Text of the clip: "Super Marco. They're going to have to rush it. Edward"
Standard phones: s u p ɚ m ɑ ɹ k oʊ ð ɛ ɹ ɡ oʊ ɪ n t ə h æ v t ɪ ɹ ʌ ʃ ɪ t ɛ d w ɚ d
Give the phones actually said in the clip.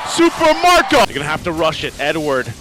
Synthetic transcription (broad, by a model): s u p ɚ m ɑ ɹ k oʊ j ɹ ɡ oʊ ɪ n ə h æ f t ɪ ɹ ʌ ʃ ɪ t ɛ d w ɚ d